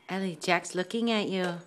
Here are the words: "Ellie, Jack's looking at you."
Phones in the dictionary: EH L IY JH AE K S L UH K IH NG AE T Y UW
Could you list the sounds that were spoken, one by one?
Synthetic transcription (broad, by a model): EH L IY JH AE K S L UH K IH NG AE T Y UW